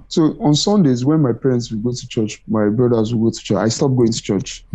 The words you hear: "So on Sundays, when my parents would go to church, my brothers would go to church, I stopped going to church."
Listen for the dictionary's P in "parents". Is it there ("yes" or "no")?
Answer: yes